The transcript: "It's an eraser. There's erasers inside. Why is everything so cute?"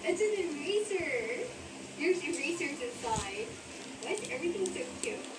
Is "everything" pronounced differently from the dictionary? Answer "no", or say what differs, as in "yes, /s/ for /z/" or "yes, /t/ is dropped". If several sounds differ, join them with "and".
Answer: no